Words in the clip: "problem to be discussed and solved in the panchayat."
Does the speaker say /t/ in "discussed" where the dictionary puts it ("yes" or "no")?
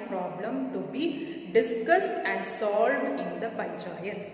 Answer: yes